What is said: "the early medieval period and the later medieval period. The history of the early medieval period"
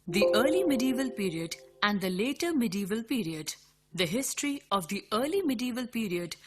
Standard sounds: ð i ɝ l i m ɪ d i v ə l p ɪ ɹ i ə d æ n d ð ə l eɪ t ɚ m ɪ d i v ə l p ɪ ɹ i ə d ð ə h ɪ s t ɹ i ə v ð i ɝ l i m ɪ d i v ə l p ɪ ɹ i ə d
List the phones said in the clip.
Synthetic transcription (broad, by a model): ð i ɝ l i m ɪ d i v ə l p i ɹ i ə d æ n d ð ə l eɪ t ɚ m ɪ d i v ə l p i ɹ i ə d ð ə h ɪ s t ɹ i ə v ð i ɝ l i m ɪ d i v ə l p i ɹ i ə d